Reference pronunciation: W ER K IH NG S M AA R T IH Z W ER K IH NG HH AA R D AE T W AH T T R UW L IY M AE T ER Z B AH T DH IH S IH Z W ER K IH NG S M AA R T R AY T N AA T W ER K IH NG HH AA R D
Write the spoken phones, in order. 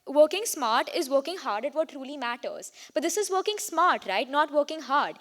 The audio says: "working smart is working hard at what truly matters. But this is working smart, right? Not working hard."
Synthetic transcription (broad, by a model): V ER K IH NG S M AA R T IH Z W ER K IH NG HH AA R D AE T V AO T T R UW L IY M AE T ER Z B AH T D IH S IH Z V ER K IH NG S M AA R T R AY T N AA T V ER K IH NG HH AA R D